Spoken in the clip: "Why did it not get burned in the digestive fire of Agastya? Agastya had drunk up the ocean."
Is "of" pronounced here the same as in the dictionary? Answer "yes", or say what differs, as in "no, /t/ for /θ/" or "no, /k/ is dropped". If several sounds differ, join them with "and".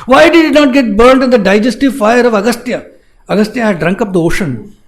yes